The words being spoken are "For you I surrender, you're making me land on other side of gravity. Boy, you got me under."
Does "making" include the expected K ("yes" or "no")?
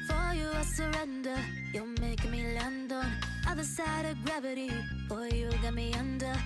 no